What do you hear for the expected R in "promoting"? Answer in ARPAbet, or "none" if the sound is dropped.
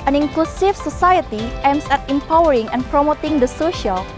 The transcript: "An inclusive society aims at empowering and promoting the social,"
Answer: R